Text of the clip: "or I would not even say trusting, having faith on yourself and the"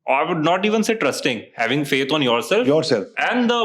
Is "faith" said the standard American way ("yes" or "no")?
no